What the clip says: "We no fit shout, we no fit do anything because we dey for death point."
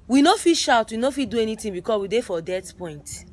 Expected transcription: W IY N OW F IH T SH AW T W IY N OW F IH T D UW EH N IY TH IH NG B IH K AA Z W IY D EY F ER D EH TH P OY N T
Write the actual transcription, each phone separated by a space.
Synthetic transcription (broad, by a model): W IY N OW F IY SH AW T W IY N OW F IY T D UW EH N IY T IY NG B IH K AA S W IY D EY F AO D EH T P OY N T